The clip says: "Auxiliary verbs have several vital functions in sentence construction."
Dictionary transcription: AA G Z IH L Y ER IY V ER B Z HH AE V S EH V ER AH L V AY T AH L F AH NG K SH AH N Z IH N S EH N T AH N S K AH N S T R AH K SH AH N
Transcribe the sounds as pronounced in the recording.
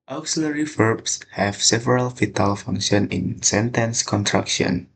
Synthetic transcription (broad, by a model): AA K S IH L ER IY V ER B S HH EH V S EH V ER AH L F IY T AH L F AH NG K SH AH N IH N S EH N T AH N S K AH N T R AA K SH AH N